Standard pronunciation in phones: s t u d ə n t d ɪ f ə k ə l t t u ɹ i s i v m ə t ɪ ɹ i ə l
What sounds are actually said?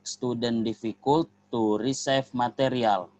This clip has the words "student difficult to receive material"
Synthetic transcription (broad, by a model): s t u d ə n d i f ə k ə l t t u ɹ i s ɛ f m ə t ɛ ɹ i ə l